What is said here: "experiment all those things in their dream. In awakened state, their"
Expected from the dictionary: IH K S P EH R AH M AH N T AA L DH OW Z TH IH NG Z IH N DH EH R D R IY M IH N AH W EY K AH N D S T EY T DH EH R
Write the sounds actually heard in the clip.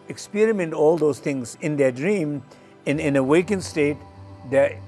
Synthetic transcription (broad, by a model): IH K S P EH R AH M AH N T AA L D OW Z T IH NG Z IH N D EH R D R IY M IH N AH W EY K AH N S T EY T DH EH